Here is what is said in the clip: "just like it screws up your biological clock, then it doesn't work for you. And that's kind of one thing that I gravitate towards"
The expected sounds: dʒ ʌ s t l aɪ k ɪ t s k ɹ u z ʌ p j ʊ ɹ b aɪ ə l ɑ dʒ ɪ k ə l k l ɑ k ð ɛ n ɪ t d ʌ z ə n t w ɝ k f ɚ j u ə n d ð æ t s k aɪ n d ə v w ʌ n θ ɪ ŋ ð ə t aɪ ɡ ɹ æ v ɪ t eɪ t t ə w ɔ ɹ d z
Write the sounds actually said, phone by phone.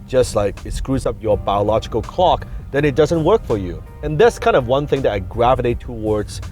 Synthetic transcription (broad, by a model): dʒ ʌ s t l aɪ k ɪ t s k ɹ u z ʌ p j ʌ ɹ b aɪ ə l ɑ dʒ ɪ k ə l k l ɑ k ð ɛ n ɪ t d ʌ z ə n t w ɝ k f ɚ j u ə n ð æ t s k aɪ n d ə v w ʌ n θ ɪ ŋ ð ə t aɪ ɡ ɹ æ v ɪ t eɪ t t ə w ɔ ɹ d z